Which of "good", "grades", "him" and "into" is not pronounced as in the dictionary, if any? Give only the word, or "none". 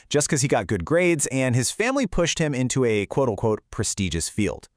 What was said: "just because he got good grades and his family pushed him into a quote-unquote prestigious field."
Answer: none